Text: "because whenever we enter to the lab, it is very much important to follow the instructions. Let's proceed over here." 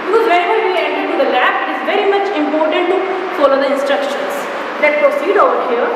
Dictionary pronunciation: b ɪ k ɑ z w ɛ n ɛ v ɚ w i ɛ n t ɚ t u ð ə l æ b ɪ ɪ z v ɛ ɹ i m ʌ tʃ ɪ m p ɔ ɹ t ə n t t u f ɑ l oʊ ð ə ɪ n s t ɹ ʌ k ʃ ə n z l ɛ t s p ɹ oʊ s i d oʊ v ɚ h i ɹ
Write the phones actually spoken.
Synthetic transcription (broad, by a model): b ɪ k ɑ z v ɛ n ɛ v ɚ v i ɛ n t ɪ t u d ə l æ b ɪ ɪ z v ɛ ɹ i m ʌ tʃ ɪ m p ɔ ɹ t ə n t t u f ɑ l oʊ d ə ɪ n s t ɹ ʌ k ʃ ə n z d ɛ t p ɹ oʊ s i d oʊ v ɚ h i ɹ